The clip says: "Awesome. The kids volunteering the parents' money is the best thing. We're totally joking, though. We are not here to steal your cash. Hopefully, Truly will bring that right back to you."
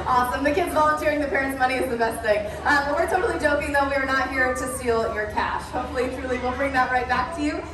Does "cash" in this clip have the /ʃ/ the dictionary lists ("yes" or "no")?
yes